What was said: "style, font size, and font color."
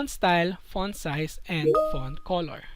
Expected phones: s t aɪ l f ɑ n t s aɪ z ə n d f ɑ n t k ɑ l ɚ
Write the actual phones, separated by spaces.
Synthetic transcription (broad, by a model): s t aɪ l f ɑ n s aɪ s ə n d f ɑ n k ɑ l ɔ